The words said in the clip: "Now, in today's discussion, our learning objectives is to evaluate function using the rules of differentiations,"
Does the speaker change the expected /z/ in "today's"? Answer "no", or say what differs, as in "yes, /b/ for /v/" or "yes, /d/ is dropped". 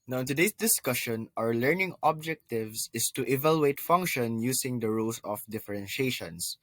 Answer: yes, /s/ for /z/